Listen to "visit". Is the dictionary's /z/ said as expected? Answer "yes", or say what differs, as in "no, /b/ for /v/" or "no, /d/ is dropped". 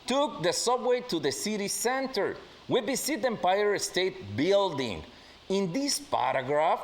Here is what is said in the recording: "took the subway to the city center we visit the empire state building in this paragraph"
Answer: no, /s/ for /z/